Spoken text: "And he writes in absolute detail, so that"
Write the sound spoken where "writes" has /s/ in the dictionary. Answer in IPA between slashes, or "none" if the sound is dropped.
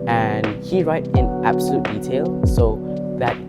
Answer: none